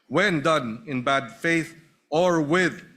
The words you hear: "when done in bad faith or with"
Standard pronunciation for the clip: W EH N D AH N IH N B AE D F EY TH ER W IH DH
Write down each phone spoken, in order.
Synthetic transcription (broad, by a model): W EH N D AH N IH N B AE D F EY TH ER W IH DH